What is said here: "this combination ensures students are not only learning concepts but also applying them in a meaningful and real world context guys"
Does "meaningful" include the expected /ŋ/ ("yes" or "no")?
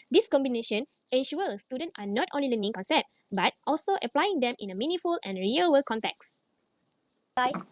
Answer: no